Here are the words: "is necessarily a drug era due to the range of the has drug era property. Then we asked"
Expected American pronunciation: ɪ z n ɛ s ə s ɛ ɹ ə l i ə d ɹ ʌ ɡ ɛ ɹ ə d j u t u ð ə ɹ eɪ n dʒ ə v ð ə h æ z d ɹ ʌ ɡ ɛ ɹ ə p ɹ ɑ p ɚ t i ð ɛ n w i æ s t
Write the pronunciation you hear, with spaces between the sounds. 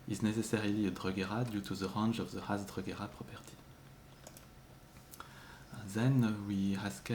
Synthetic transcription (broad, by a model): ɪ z n ɛ s ə s ɛ ɹ ə l i ə d ɹ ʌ ɡ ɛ ɹ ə d j u t u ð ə ɹ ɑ n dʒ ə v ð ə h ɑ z d ɹ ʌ ɡ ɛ ɹ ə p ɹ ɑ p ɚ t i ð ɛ n w i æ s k